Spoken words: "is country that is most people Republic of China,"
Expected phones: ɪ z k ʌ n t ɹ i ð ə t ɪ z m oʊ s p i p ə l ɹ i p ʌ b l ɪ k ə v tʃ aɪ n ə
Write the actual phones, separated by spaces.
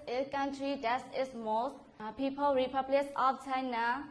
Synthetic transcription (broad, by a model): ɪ k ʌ n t ɹ i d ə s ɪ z m oʊ s p i p ə l ɹ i p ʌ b l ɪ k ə p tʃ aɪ n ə